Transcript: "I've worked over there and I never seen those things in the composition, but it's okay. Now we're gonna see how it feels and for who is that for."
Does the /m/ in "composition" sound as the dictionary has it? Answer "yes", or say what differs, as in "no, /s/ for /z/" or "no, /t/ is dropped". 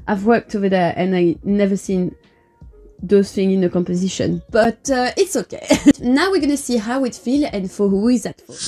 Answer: yes